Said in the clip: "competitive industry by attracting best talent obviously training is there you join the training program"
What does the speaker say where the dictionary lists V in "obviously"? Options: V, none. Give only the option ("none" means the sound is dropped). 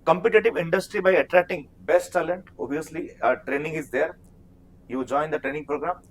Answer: none